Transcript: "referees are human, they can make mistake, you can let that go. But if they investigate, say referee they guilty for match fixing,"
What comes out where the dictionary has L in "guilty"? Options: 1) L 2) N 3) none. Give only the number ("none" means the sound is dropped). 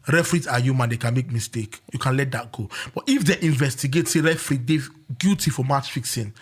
3